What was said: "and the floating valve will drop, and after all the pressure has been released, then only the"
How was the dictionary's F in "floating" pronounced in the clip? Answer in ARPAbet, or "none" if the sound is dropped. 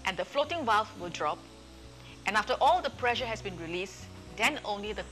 F